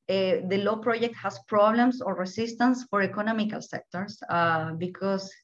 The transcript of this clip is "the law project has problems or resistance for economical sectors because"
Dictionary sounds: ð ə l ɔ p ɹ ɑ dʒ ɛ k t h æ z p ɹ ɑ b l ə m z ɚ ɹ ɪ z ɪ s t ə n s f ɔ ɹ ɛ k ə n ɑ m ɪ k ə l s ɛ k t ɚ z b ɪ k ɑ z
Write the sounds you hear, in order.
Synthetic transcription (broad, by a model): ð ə l ɔ p ɹ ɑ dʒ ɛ k t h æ s p ɹ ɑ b l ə m s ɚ ɹ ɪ s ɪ s t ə n s f ɔ ɹ ɛ k ə n ɑ m ɪ k ə l s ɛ k t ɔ s b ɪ k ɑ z